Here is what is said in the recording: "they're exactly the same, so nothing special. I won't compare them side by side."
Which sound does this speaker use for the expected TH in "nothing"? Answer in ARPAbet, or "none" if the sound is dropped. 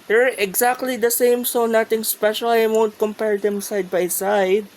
T